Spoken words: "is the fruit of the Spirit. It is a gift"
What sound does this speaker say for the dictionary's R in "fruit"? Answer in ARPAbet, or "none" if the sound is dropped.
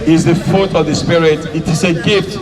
none